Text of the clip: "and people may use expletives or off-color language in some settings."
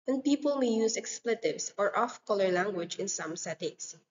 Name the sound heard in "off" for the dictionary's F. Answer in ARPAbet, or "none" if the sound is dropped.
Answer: F